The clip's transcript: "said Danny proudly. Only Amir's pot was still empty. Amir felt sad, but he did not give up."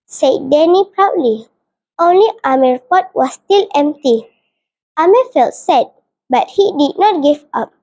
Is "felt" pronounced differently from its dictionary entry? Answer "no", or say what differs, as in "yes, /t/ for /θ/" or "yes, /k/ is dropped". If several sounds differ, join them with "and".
no